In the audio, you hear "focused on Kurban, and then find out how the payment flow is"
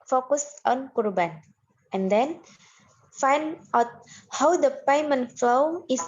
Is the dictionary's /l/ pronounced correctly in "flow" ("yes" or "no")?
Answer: yes